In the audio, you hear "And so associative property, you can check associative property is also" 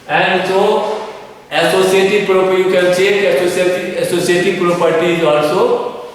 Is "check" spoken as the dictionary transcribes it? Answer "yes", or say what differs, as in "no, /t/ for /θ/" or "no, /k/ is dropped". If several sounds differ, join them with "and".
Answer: no, /k/ is dropped